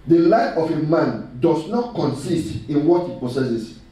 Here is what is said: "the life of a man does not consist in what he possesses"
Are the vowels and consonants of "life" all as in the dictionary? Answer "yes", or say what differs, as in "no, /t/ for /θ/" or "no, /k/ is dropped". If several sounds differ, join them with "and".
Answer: no, /f/ is dropped